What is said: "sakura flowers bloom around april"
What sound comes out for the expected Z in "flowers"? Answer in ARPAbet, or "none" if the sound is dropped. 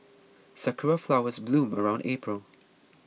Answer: Z